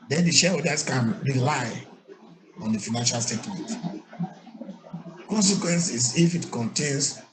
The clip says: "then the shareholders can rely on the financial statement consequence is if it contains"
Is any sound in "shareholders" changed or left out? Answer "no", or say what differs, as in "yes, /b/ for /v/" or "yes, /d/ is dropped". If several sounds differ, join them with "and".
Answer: yes, /l/ is dropped